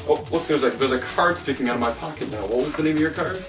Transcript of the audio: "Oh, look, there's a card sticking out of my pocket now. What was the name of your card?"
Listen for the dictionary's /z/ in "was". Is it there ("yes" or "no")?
yes